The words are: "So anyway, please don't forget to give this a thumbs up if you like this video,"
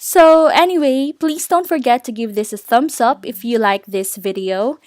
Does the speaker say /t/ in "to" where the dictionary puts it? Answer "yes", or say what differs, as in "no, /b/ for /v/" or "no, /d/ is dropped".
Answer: yes